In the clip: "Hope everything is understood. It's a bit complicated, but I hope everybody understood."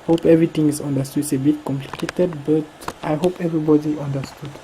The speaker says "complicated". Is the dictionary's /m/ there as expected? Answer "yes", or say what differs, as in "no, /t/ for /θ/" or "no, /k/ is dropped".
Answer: yes